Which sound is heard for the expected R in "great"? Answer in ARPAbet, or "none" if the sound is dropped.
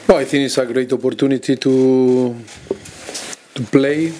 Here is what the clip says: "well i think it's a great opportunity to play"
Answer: R